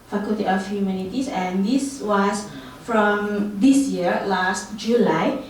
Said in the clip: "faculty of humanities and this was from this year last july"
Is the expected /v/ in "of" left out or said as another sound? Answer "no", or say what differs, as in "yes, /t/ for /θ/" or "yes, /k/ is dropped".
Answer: yes, /f/ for /v/